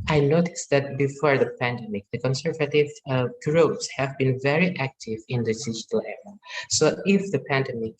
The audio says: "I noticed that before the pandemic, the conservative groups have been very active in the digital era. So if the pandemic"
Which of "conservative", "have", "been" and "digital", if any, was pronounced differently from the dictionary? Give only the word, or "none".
none